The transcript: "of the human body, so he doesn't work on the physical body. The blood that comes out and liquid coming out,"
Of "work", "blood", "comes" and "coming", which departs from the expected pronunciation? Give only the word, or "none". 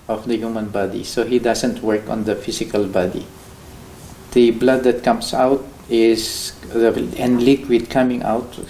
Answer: comes